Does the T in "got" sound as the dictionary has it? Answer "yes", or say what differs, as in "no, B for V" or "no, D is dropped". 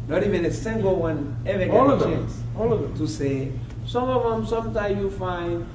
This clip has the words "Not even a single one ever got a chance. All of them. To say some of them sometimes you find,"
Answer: no, T is dropped